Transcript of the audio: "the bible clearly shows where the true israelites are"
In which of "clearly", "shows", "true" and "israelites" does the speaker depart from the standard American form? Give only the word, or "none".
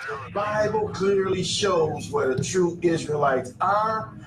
none